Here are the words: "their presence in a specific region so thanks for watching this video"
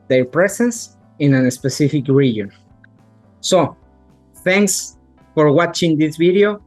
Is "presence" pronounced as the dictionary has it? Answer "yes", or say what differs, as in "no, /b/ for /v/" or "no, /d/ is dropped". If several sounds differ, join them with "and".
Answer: no, /s/ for /z/